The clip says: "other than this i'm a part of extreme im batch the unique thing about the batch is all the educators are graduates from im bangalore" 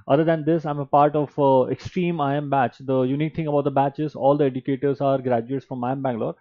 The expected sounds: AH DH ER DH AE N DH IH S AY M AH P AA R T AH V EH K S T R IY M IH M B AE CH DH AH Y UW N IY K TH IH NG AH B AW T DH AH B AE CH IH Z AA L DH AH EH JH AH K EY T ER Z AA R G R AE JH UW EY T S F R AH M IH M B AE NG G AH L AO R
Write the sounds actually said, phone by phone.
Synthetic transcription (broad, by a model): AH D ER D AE N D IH S AY M AH P AA R T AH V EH K S T R IY M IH M B AE CH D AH Y UW N IY K T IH NG AH B AW T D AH B AE CH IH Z AA L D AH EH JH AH K EY T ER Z AA R G R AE JH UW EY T F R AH M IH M B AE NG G L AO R